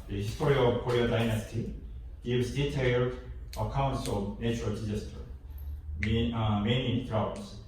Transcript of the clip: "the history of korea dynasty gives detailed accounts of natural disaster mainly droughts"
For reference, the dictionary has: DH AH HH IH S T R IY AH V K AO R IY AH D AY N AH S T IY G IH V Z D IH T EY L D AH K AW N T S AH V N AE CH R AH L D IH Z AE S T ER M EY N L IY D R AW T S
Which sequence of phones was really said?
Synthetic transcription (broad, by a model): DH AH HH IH S T R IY AH V K AO R IY AH D AY N AH S T IY G IH V Z D IH T EY L D AH K AW N T S AH V N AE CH R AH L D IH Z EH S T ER M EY N IY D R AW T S